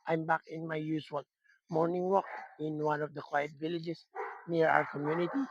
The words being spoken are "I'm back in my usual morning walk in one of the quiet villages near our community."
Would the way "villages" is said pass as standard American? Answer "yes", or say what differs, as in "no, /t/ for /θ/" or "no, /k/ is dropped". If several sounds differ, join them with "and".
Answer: no, /s/ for /z/